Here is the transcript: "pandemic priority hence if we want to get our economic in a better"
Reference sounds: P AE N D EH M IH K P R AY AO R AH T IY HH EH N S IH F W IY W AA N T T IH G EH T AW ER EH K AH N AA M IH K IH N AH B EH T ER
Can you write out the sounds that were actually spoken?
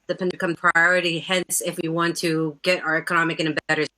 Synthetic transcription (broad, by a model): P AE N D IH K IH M P R AY AO R AH T IY HH EH N S IH F W IY W AA N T T IH G EH T AW ER EH K AH N AA M IH K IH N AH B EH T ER